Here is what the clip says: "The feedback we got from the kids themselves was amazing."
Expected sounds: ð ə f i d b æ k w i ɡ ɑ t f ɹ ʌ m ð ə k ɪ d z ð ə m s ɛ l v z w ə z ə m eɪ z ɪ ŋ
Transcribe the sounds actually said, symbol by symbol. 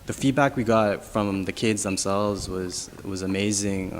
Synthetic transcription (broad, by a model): ð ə f i d b æ k w i ɡ ɑ t f ɹ ʌ m ð ə k ɪ d z ð ə m s ɛ l v z w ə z ə m eɪ z ɪ ŋ